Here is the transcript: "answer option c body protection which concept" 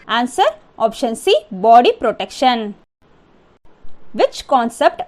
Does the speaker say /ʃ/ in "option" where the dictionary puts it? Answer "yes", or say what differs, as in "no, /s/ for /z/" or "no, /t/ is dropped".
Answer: yes